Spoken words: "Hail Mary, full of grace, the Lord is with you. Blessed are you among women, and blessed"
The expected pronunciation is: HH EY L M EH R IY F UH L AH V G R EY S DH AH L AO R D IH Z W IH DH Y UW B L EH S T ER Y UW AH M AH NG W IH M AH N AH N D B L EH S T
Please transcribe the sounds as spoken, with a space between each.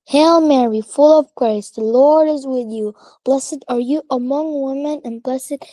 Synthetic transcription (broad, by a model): HH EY L M EH R IY F UH L AH V G R EY S DH AH L AO R D IH Z W IH DH Y UW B L EH S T ER Y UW AH M AH NG W IH M AH N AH N B L EH S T